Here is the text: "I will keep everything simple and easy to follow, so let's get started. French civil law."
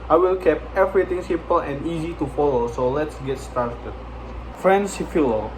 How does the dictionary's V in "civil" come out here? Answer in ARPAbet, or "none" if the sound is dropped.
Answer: F